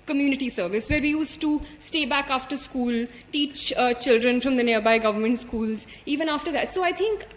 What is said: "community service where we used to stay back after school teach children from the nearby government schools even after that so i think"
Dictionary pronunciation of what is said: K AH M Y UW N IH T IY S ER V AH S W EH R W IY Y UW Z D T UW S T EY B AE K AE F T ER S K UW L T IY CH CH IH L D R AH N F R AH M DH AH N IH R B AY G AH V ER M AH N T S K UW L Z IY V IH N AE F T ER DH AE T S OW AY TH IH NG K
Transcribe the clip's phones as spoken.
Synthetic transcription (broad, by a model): K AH M Y UW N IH T IY S ER V AH S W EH R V IY Y UW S T UW S T EY B AE K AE F T ER S K UW L T IY CH CH IH L D R AH N F R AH M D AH N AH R B AY G AH V ER M AH N T S K UW L Z IY V IH N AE F T ER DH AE T S OW AY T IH NG K